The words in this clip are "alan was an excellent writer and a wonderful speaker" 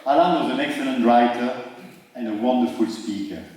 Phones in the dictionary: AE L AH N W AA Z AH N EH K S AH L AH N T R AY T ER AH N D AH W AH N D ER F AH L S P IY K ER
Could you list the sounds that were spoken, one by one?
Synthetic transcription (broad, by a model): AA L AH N W AA Z AH N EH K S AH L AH N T R AY T ER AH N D AH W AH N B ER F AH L S P IY K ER